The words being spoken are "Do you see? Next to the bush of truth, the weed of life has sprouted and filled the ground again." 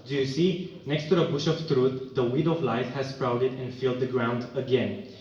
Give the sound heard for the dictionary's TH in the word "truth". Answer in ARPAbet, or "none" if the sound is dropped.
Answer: T